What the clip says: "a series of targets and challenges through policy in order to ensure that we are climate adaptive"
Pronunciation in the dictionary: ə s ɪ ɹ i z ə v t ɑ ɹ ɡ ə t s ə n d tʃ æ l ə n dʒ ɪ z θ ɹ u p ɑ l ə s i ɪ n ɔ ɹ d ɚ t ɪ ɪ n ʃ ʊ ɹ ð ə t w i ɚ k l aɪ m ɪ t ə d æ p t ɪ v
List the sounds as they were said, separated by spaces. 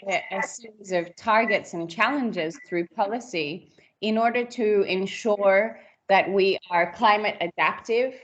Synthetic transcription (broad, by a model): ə s ɪ ɹ i z ə v t ɑ ɹ ɡ ə t s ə n tʃ æ l ə n dʒ ɪ z θ ɹ u p ɑ l ə s i ɪ n ɔ ɹ d ɚ t ɪ ɪ n ʃ ʊ ɹ ð ə t w i ɚ k l aɪ m ɪ t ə d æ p t ɪ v